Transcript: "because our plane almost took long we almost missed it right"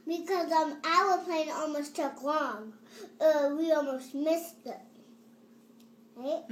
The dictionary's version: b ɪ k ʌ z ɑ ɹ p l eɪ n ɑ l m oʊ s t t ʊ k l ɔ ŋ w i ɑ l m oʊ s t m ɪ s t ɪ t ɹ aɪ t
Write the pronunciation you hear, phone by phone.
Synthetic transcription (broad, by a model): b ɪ k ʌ z ɑ l p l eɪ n ɑ l m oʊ s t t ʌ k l ɔ ŋ w i ɑ l m oʊ s t m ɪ s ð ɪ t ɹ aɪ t